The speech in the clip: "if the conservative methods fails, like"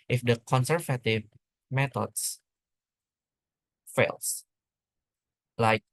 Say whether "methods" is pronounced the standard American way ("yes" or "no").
no